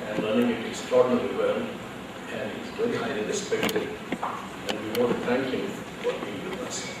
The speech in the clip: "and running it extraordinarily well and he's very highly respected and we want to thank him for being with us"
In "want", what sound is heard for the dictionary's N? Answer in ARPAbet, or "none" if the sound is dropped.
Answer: none